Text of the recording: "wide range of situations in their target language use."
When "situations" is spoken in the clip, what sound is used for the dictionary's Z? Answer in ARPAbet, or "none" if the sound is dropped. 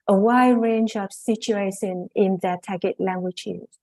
none